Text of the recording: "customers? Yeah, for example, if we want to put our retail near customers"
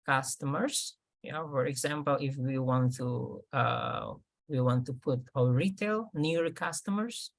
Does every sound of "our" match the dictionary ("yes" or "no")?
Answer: no